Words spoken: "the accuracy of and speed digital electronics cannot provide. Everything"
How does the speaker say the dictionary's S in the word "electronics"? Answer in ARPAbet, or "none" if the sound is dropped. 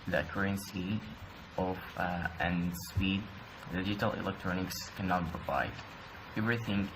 S